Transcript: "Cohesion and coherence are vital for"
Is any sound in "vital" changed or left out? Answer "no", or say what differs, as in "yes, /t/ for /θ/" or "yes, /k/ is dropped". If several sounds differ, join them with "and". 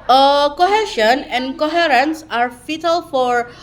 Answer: yes, /f/ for /v/